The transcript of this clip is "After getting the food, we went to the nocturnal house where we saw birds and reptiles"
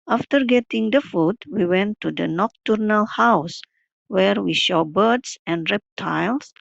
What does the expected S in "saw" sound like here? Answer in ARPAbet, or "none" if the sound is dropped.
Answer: SH